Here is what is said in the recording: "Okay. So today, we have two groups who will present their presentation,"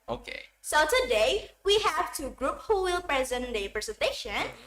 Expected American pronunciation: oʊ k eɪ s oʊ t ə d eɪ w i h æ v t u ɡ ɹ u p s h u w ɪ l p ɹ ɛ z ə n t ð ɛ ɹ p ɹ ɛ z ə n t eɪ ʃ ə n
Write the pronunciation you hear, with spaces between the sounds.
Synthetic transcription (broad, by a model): oʊ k eɪ s oʊ t ə d eɪ w i h æ v t u ɡ ɹ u p h u w ɪ l p ɹ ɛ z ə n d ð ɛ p ɹ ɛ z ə n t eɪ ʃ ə n